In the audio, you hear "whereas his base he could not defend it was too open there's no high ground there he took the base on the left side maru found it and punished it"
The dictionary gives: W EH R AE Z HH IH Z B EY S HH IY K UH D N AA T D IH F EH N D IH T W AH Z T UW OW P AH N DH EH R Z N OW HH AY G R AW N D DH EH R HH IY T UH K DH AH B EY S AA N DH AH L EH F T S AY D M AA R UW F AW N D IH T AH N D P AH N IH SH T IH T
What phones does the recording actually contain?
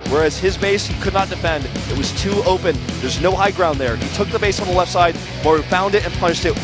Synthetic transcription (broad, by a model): W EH R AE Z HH IH Z B EY S HH IY K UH D N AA T D IH F EH N D IH T W AH Z T UW OW P AH N DH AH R Z N OW HH AY G R AW N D DH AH R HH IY T UH K DH AH B EY S N DH AH L EH F T S AY D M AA R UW F AW N D IH T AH N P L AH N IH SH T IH T